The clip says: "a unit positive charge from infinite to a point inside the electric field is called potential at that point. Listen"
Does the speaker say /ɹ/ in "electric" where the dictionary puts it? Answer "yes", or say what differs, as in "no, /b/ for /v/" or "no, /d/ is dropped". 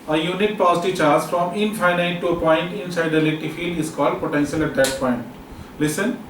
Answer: no, /ɹ/ is dropped